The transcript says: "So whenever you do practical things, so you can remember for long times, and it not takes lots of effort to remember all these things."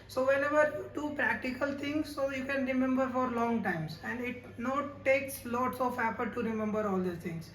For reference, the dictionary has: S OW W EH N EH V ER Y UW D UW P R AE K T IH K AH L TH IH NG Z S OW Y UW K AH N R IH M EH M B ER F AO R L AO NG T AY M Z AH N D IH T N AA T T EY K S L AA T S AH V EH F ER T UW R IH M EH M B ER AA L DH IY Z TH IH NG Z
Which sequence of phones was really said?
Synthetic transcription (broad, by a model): S OW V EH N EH V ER Y UW D UW P R AE K T IH K AH L T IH NG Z S OW Y UW K AH N R IH M EH M B ER F AO R L AO NG T AY M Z AH N D IH T N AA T T EY K S L AA T S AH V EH P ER T UW R IH M EH M B ER AA L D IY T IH NG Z